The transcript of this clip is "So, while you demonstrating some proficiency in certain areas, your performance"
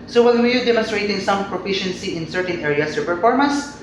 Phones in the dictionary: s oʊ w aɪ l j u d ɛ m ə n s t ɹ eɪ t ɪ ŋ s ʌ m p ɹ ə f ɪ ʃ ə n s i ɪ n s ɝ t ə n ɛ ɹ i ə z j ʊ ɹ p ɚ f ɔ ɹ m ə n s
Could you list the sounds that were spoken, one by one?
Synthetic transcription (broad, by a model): s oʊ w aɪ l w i d ɛ m ə n s t ɹ eɪ t ɪ ŋ s ʌ m p ɹ ə f ɪ ʃ ə n s i ɪ n s ɝ t ə n ɛ ɹ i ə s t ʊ p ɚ f ɔ ɹ m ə n s